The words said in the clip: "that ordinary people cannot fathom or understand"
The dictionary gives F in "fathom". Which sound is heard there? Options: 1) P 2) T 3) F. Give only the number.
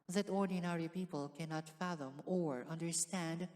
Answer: 3